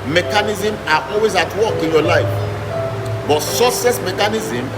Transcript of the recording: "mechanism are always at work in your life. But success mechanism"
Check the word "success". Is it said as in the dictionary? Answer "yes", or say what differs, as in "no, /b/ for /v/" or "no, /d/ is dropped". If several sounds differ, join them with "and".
no, /k/ is dropped